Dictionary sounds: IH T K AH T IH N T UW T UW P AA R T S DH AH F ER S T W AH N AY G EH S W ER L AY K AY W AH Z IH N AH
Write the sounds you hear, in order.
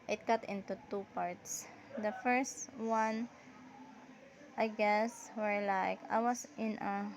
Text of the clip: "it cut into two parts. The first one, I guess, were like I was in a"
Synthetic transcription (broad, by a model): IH T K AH T IH N T UW T UW P AA R T S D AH F ER S T W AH N AY G EH S W ER L AY K AY W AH S IH N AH